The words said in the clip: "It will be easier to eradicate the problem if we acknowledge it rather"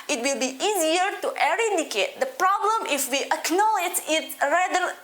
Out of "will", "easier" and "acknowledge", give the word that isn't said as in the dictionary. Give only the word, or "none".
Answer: none